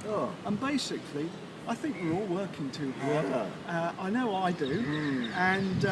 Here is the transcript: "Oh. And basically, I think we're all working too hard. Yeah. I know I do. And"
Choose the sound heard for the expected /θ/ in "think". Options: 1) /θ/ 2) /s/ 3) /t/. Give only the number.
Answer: 1